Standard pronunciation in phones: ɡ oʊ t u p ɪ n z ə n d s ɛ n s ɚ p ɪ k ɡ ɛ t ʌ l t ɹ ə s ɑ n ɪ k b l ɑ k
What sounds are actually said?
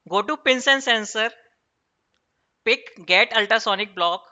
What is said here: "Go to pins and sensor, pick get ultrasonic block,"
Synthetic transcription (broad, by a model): ɡ oʊ t u p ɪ n s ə n s ɛ n s ɚ p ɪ k ɡ ɛ t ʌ l t ə s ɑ n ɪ k b l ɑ k